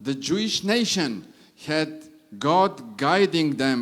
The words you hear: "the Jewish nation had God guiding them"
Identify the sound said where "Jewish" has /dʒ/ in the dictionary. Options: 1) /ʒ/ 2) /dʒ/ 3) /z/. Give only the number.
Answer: 2